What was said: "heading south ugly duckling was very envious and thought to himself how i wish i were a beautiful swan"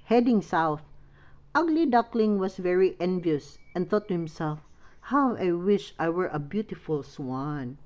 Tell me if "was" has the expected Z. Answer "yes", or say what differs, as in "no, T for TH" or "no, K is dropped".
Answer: no, S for Z